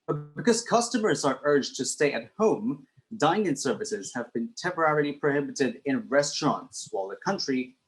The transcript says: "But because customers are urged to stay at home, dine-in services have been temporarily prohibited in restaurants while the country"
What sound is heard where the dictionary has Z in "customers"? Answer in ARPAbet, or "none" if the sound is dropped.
Z